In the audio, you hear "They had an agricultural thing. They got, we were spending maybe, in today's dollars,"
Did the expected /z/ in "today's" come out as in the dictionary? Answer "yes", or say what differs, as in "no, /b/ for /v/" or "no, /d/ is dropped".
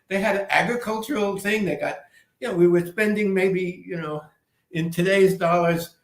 yes